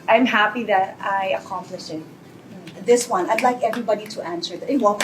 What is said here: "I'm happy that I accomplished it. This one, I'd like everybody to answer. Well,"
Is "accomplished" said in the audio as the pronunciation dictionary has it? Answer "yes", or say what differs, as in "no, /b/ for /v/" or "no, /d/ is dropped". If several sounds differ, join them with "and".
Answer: no, /t/ is dropped